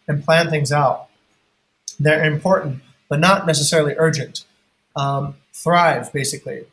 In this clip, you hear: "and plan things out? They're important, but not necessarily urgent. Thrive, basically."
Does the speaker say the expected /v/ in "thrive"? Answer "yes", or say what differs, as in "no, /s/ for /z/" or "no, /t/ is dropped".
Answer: yes